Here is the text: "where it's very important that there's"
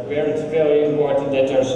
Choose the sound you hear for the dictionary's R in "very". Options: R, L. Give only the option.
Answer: L